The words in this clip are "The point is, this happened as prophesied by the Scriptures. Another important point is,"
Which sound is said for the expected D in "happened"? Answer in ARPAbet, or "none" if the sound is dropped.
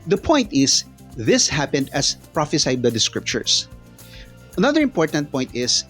D